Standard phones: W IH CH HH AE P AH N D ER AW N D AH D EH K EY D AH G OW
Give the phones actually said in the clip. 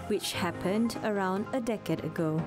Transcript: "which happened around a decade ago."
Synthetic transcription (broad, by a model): W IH CH HH AE P AH N D ER AW N D AH D EH K EY D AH G OW